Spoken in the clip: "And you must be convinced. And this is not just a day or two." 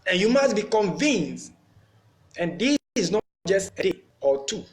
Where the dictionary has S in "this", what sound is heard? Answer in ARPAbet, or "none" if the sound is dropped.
none